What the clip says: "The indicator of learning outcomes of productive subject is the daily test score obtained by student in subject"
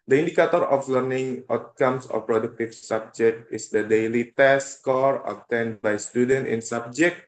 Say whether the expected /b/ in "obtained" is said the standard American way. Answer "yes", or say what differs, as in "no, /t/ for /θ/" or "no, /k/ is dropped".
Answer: no, /b/ is dropped